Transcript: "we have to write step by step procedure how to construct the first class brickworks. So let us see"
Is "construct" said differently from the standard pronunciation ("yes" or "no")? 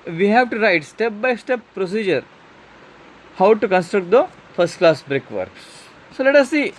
no